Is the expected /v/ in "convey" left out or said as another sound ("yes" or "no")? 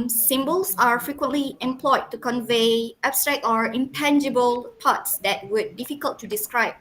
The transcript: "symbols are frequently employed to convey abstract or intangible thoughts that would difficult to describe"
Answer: no